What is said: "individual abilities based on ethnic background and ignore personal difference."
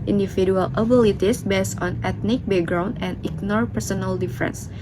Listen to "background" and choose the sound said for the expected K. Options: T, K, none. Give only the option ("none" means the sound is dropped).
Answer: none